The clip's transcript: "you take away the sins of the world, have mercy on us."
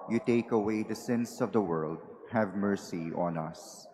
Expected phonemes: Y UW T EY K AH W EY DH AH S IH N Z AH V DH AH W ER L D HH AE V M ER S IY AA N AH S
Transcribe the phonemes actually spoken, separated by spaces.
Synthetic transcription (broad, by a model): Y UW T EY K AH W EY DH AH S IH N S AH V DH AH W ER L D HH AE V M ER S IY AA N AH S